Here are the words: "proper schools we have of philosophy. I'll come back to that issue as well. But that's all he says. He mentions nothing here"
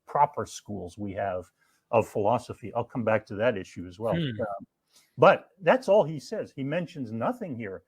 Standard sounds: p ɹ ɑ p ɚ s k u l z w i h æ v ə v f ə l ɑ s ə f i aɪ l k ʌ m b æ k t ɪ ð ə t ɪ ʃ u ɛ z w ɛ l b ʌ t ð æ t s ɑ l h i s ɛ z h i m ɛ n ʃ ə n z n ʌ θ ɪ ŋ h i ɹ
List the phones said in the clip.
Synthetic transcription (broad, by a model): p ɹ ɑ p ɚ s k u l z w i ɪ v ə v f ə l ɑ s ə f i aɪ l k ʌ m b æ k t ɪ ð ə t ɪ ʃ u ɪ z w ɛ l b ʌ t ð æ t s ɑ l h i s ɛ z h i m ɛ n ʃ ə n z n ʌ θ ɪ ŋ h i ɹ